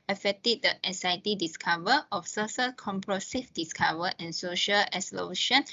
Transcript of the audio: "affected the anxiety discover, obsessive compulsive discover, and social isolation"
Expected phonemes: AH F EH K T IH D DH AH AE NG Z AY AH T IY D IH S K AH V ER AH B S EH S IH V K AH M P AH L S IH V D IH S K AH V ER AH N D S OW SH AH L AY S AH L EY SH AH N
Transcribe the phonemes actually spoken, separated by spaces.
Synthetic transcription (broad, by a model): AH F EH K T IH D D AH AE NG S AY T IY D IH S K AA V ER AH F S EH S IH K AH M P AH S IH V D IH S K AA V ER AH N S OW SH AH L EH S L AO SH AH N